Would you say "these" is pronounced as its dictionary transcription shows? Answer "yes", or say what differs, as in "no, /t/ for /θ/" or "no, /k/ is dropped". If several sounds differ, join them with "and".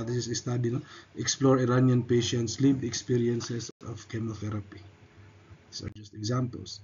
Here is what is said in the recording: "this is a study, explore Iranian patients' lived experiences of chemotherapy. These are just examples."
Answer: no, /s/ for /z/